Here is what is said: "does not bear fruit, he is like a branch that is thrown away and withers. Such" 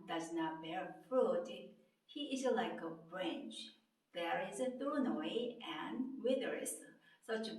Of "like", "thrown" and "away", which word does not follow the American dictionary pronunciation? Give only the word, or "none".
thrown